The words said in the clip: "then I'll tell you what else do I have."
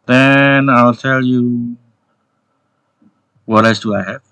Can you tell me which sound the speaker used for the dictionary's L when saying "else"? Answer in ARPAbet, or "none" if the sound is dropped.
none